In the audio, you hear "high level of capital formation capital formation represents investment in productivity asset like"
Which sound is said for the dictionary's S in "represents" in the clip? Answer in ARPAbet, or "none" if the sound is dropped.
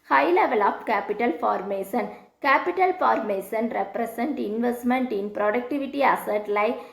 none